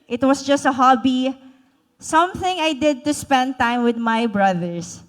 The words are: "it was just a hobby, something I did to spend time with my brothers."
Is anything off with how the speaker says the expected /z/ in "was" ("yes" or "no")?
yes